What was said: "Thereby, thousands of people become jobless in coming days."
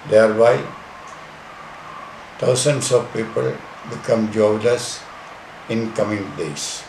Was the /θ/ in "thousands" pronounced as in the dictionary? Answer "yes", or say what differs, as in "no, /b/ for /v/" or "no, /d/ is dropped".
no, /t/ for /θ/